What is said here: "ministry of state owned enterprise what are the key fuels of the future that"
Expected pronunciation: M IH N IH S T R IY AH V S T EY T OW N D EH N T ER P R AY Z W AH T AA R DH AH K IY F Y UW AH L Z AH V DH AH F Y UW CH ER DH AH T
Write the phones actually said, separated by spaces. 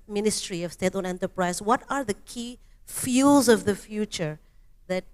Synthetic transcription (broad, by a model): M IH N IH S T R IY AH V S T EY T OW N EH N T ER P R AY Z W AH T AA R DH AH K IY F Y UW L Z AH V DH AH F Y UW CH ER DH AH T